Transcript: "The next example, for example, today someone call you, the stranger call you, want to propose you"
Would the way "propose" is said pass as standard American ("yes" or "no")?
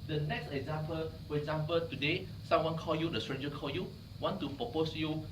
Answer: no